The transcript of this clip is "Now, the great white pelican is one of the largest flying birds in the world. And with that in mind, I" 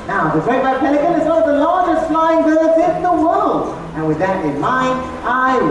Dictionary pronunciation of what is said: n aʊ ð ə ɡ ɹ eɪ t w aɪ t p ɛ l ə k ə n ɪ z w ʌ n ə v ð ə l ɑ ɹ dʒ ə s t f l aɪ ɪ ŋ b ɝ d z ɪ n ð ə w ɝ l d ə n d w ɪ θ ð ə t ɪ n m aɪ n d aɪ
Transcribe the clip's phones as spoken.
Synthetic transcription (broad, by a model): n aʊ ð ə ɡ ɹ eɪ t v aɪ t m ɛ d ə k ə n ɪ z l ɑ ə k ð ə l ɑ ɹ dʒ ə s t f l aɪ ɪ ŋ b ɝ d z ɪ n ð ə w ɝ l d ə n w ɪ ð ə t ɪ n m aɪ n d aɪ